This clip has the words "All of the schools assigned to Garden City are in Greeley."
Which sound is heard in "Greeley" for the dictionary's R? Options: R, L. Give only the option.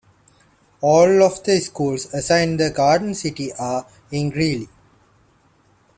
R